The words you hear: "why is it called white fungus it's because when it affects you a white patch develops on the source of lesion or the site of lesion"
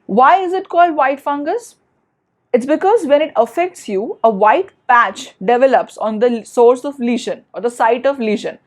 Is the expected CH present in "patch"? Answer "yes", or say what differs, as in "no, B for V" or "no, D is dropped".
yes